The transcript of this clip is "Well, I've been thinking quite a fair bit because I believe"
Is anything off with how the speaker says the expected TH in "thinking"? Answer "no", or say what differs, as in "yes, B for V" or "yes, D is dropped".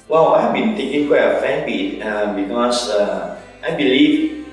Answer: yes, T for TH